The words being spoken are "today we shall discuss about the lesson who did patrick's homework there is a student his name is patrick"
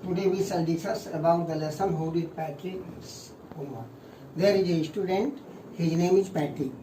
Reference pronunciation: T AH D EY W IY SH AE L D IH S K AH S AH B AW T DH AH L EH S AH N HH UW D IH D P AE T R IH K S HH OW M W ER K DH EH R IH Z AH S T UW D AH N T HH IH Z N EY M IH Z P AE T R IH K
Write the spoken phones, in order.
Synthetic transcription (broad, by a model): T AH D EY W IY S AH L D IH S AH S AH B AW T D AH L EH S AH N HH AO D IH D P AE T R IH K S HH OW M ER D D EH R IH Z AH S T UW D AH N T HH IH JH N EY M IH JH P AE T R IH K